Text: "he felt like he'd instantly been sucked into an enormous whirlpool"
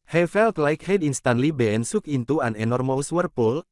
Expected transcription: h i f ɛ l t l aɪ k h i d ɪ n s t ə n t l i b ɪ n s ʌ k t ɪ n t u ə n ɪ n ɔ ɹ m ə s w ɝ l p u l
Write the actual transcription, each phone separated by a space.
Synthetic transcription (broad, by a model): h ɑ f ɛ l t l aɪ k h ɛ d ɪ n s t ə n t l i b ɪ n s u k ɪ n t u ə n ɪ n ɔ ɹ m ə s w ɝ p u l